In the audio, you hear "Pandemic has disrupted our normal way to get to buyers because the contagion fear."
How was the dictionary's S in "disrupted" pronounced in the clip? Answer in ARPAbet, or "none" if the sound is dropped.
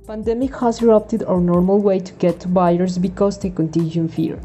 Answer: none